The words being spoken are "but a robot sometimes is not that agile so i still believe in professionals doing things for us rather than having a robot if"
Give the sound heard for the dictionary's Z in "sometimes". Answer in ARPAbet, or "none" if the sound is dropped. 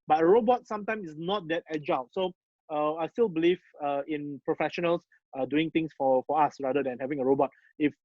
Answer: none